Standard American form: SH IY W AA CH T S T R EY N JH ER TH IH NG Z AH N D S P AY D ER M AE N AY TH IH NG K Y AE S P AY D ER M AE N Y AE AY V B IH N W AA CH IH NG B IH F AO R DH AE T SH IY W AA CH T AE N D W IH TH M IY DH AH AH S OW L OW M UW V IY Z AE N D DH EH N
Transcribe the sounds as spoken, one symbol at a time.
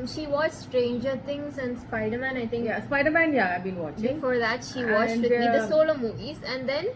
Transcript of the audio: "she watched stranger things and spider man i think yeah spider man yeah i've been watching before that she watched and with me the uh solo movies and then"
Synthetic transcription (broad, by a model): SH IY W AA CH S T R EY N JH ER T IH NG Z AH N D S P AY D ER M AE N AY T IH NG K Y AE S P AY D ER M AE N Y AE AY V B IH N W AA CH B IH F AO R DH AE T SH IY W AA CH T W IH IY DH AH AH S OW L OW M UW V IY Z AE N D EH N